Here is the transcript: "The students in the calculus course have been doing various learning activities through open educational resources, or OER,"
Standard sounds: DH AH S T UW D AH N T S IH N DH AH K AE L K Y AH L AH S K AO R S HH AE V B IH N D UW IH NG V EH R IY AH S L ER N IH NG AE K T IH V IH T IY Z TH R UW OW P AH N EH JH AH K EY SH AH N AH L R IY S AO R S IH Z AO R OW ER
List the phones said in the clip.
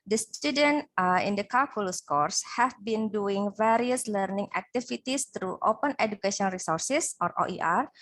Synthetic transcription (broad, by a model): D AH S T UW D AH N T IH N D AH K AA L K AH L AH S K AO R S HH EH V B IH N D UW IH NG V EH R IY AH S L ER N IH NG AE K T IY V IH T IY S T R UW OW P AH N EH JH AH K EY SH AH AH N R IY S AO R S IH S AO R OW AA